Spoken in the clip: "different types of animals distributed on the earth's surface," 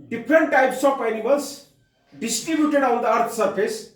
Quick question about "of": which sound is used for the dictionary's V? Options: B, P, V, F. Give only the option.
P